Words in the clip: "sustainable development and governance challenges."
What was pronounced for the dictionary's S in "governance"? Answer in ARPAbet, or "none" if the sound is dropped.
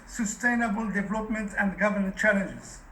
none